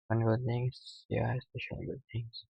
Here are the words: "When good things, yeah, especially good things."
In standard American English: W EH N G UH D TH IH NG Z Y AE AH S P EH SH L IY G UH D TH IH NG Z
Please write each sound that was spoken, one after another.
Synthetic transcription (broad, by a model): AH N G UH D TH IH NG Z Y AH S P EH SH IY G UH D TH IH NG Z